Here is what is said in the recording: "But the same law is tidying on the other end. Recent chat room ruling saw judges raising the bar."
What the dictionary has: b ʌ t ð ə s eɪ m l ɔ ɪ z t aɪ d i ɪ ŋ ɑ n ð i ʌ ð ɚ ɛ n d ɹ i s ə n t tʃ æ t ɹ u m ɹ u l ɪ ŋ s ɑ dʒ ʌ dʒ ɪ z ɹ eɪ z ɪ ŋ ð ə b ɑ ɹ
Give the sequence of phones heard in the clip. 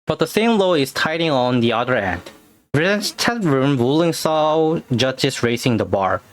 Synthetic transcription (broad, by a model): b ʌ t ð ə s eɪ m l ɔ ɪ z t aɪ d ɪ ŋ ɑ n ð i ʌ ð ɚ ɛ n d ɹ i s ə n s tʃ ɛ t ɹ u m ɹ u l ɪ ŋ s ɑ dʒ ʌ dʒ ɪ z ɹ eɪ s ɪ ŋ ð ə b ɑ ɹ